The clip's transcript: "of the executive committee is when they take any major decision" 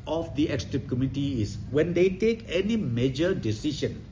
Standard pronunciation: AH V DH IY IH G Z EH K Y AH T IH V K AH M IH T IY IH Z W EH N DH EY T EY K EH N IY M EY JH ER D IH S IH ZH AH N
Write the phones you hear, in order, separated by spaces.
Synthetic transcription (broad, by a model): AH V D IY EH K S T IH P K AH M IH T IY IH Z W EH N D EY T EY K EH N IY M EY JH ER D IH S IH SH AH N